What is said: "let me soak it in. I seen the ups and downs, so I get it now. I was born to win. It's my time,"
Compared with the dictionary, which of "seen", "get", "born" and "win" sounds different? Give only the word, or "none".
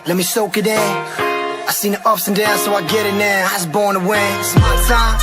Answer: win